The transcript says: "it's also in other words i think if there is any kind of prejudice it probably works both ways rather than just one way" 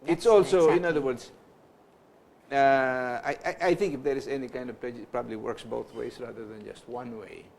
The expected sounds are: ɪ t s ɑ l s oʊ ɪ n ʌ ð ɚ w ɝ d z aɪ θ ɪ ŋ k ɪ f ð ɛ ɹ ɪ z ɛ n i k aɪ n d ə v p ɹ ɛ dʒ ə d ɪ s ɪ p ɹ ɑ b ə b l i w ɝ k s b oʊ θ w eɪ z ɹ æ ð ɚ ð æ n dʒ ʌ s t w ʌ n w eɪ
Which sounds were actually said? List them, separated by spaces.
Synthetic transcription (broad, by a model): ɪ t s ɑ l s oʊ ɪ n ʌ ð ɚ w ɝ d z aɪ θ ɪ ŋ k ɪ f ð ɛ ɹ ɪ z ɛ n i k aɪ n d ə v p l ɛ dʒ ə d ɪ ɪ p ɹ ɑ b ə b l i w ɝ k s b oʊ θ w eɪ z ɹ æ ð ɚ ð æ n dʒ ʌ s t w ʌ n w eɪ